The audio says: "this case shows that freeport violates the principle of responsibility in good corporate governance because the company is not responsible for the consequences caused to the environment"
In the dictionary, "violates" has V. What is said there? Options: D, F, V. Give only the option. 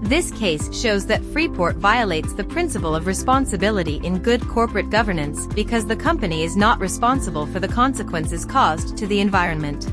V